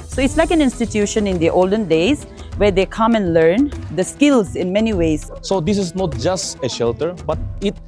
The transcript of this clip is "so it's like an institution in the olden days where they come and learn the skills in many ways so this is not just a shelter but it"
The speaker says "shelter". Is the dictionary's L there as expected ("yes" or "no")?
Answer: yes